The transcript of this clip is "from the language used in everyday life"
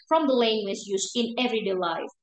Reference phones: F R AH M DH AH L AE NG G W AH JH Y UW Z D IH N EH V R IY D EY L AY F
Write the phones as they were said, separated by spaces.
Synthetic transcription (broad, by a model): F R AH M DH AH L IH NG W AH Z Y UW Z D IH N EH V R IY D EY L AY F